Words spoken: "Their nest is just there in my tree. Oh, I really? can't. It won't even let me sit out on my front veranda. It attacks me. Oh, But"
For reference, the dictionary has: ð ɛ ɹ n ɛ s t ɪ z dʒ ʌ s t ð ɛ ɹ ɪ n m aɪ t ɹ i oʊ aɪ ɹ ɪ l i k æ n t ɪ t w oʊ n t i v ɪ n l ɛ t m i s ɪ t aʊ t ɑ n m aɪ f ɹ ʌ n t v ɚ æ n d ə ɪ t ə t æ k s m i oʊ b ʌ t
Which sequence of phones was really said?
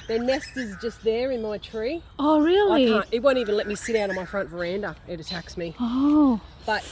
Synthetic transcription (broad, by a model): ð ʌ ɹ n ɛ s t ɪ z dʒ ʌ s t ð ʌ ɹ ɪ n m aɪ t ɹ i oʊ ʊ ɹ ɪ l i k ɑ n ɪ t w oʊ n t i v ɪ n l ɛ t m i s ɪ t aʊ t n m aɪ f ɹ ʌ n t v ɚ æ n d ə ɪ t ə t æ k s m i oʊ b ʌ t